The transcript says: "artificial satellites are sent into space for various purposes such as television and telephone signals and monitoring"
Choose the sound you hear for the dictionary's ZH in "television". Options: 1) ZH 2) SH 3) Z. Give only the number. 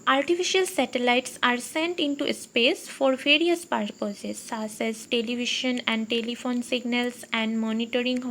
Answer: 2